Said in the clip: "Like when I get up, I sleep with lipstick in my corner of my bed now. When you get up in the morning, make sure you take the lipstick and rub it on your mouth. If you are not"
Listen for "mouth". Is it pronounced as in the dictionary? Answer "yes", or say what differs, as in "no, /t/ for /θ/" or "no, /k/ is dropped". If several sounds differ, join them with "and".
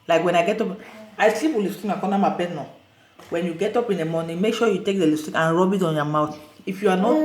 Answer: no, /t/ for /θ/